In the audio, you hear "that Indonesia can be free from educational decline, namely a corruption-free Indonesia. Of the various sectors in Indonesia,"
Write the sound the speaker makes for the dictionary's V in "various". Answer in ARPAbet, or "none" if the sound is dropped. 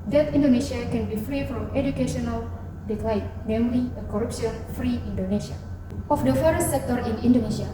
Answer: F